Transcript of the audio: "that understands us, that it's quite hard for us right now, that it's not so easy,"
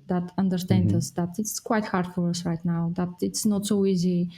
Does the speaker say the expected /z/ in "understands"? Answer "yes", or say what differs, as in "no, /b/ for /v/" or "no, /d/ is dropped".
no, /z/ is dropped